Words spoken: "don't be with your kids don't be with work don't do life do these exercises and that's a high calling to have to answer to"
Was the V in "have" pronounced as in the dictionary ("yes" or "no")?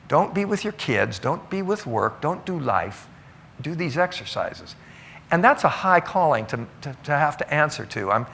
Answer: no